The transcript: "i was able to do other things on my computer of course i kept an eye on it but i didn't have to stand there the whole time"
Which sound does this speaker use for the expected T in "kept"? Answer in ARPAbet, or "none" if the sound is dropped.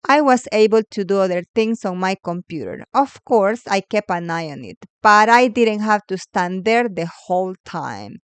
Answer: none